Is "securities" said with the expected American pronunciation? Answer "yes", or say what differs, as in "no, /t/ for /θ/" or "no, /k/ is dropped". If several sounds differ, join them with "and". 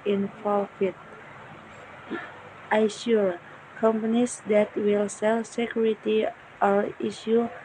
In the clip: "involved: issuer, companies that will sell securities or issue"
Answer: no, /z/ is dropped